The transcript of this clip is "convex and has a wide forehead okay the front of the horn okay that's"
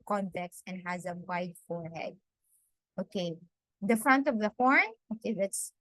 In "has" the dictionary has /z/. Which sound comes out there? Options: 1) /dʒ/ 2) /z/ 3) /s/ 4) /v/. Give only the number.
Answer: 2